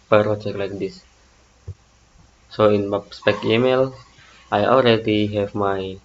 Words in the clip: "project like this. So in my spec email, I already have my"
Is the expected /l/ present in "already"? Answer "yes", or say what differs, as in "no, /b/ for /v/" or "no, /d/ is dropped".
yes